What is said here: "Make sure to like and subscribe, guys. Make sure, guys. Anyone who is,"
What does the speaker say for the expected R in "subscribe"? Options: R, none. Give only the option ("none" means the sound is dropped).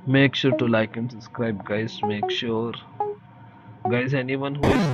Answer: R